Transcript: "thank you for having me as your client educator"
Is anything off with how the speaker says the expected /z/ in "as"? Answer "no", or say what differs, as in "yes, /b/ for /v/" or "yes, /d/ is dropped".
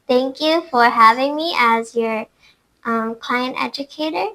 no